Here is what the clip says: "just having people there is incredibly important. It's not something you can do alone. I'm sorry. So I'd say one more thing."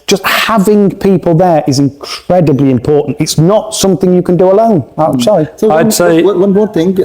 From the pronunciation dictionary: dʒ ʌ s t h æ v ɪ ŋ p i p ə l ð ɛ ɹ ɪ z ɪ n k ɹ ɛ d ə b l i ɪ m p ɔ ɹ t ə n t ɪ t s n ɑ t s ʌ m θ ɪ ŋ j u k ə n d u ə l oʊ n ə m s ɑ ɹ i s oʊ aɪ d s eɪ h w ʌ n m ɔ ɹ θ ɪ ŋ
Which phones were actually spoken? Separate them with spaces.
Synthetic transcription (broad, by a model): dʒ ʌ s t h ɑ v ɪ ŋ p i p ə l ð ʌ ɹ ɪ z ɪ n k ɹ ɛ d ə b l i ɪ m p ɔ ɹ t n t ɪ t s n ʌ t s ʌ m θ ɪ ŋ j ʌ k ə n d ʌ ə l oʊ n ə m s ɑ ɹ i s oʊ aɪ d s eɪ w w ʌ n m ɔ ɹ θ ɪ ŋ